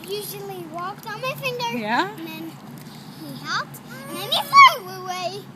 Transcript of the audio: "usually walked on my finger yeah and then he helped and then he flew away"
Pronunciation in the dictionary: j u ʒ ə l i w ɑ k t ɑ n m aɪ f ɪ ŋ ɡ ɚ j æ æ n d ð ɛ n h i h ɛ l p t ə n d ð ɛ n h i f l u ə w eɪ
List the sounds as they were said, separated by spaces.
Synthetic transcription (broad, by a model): j u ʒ l i w ɑ k t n m aɪ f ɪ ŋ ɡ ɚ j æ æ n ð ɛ n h i h ɛ l p t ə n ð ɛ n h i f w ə w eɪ